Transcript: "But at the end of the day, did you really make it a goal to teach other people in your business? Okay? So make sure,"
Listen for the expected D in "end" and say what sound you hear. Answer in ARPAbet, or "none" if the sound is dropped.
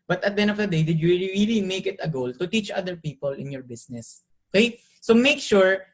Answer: none